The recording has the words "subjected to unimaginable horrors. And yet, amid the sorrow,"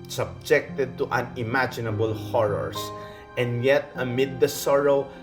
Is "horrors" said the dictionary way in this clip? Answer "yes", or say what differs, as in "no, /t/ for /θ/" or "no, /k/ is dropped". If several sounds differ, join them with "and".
no, /s/ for /z/